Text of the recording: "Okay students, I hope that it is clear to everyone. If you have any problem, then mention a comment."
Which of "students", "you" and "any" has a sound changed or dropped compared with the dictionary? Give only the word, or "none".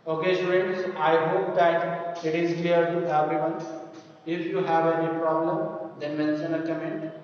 students